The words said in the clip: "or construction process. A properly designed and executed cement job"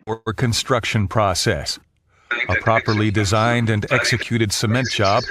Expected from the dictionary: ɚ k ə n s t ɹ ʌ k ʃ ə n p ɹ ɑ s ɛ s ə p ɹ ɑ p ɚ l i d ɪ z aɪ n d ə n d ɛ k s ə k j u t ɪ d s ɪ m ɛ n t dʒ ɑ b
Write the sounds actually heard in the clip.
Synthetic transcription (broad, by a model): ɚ k ə n s t ɹ ʌ k ʃ ə n p ɹ ɑ s ɛ s ə p ɹ ɑ p ɚ l i d ɪ z aɪ n d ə n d ɛ k s ə k j u t ɪ d s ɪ m ɛ n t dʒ ɑ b